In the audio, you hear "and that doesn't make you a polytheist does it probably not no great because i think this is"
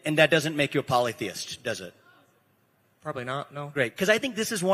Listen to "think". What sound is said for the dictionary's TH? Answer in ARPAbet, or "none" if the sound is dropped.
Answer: TH